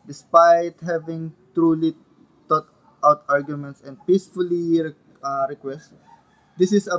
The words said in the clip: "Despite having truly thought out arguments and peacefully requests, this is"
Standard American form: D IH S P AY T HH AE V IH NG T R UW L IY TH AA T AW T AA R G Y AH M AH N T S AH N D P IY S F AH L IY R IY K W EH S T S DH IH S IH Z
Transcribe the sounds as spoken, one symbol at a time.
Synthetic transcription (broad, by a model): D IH S P AY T HH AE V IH NG T R UW L IY T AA T AW T AA R G Y AH M AH N T S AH N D P IY S F AH L IY R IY K W EH S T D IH S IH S